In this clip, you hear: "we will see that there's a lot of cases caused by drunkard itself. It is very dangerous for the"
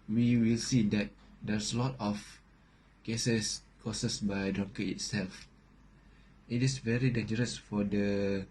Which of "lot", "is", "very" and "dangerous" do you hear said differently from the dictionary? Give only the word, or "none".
is